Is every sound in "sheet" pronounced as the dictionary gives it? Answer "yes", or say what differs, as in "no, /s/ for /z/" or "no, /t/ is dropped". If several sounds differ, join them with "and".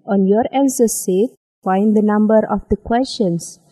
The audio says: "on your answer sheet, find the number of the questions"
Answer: no, /s/ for /ʃ/